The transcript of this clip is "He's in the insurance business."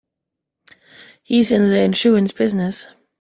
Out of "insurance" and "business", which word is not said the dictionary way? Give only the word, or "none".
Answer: insurance